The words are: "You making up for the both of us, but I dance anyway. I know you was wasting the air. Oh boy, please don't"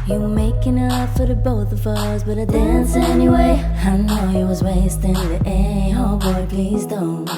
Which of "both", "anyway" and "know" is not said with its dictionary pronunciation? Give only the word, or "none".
none